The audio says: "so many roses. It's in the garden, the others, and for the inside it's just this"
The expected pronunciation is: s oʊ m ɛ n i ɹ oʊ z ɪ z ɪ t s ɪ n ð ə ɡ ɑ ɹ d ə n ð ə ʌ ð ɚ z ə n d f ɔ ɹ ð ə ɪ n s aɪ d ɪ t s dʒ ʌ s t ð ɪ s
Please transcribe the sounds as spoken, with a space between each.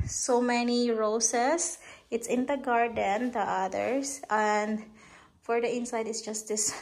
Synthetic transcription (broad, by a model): s oʊ m ɛ n i ɹ oʊ s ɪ s ɪ t s ɪ n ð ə ɡ ɑ ɹ d ə n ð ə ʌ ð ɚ s ə n d f ɔ ɹ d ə ɪ n s aɪ d ɪ t s dʒ ʌ s t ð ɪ s